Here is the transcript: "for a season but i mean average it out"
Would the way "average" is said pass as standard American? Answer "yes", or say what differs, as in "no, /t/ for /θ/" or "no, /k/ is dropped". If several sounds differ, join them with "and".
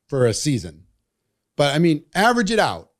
yes